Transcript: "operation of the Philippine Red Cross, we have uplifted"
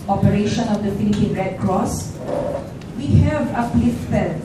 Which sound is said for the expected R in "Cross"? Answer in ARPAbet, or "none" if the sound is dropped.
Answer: R